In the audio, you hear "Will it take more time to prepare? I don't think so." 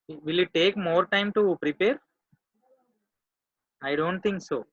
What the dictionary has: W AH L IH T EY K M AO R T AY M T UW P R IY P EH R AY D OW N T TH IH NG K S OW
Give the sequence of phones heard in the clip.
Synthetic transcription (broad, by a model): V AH L IH T EY K M AO R T AY M T UW P R IY P EH R AY D OW N T T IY NG K S OW